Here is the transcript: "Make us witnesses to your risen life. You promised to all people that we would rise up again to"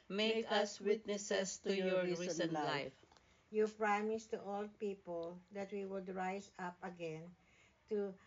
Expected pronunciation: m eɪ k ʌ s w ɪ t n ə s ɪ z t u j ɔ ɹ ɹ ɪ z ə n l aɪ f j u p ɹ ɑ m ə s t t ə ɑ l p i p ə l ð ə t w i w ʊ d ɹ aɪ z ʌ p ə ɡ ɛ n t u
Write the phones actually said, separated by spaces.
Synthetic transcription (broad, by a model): m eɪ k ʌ s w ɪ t n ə s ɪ s t u j ɔ ɹ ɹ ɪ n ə l l aɪ f j u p ɹ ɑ m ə s t t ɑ l p i p ə l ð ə t w i w ʊ d ɹ aɪ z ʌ p ə ɡ ɛ n t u